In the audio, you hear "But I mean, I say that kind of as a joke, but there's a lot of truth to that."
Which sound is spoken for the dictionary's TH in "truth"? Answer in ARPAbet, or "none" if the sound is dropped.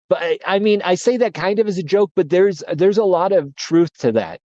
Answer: TH